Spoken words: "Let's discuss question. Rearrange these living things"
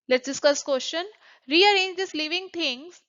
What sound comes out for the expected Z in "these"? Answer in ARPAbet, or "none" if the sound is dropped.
S